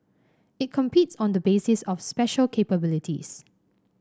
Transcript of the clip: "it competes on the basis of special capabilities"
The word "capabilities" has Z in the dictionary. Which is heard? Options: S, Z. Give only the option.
S